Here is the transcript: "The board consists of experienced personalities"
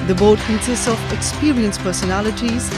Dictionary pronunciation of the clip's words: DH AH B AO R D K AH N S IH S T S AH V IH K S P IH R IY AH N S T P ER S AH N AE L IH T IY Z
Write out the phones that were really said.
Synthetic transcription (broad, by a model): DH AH B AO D K AH N S IH S T S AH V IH K S P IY R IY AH N S P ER S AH N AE L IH T IY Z